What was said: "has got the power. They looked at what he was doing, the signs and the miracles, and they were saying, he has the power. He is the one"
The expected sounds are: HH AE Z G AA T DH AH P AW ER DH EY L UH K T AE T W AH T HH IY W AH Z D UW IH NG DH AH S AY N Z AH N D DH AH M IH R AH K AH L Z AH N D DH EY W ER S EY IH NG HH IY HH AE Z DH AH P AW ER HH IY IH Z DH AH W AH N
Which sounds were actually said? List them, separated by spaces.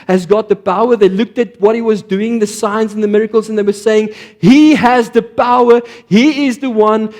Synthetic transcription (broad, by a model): HH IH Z G AA T DH AH P AW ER DH EY L UH K T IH T W AH T HH IY W AH Z D UW IH NG DH AH S AY N Z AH N DH AH M IH R AH K AH L Z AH N DH EY W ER S EY IH NG HH IY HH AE Z DH AH P AW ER HH IY IH Z DH AH W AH N